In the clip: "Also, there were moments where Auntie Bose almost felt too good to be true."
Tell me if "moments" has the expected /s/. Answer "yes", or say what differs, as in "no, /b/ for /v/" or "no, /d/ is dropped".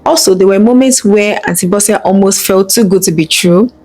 yes